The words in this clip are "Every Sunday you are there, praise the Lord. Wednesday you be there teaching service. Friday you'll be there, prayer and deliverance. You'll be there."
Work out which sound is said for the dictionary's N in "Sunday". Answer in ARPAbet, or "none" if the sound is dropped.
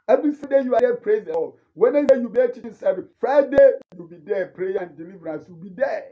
none